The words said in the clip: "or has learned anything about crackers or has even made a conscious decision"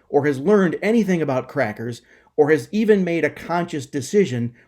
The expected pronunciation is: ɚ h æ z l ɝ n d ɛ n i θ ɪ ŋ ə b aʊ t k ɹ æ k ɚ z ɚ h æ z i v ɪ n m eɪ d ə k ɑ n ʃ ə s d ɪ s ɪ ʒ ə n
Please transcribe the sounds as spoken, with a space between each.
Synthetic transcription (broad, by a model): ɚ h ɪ z l ɝ n d ɛ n i θ ɪ ŋ ə b aʊ t k ɹ æ k ɚ z ɚ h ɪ z i v ɪ n m eɪ d ə k ɑ n ʃ ə s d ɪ s ɪ ʒ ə n